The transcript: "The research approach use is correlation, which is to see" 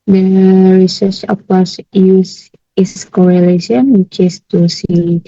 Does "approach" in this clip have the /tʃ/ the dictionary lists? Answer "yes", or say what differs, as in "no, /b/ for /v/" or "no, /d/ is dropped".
no, /s/ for /tʃ/